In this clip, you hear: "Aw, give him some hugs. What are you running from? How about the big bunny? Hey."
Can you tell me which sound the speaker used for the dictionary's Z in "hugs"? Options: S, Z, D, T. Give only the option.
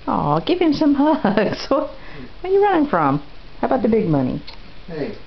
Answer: S